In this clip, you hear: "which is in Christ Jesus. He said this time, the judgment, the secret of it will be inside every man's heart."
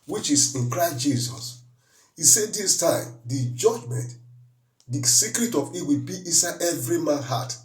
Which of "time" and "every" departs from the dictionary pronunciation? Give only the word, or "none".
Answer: none